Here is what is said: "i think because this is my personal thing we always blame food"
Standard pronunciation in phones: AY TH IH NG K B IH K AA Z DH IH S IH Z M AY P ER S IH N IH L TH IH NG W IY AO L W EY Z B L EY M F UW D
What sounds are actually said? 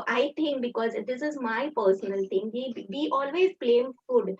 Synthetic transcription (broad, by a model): AY T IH NG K B IH K AA Z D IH S IH Z M AY P ER S IH N IH L T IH NG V IY AO L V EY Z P L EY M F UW D